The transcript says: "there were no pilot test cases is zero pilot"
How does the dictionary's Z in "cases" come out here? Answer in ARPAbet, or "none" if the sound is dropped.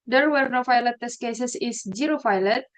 S